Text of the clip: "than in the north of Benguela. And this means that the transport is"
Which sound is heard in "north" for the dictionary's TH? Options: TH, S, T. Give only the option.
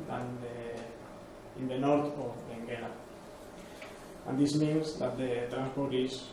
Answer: T